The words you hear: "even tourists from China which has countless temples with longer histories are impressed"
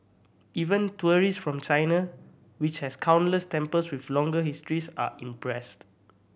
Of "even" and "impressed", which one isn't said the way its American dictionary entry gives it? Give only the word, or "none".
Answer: none